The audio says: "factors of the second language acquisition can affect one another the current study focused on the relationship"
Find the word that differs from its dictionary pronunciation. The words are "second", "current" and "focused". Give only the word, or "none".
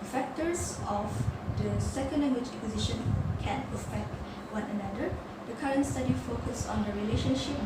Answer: focused